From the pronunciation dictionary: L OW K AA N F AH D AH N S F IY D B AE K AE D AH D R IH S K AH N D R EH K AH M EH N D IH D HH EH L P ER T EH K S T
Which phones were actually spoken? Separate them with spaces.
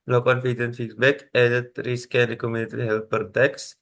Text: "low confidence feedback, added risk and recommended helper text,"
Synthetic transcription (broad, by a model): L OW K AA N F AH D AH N F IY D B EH K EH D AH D R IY S K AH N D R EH K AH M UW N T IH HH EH L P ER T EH K S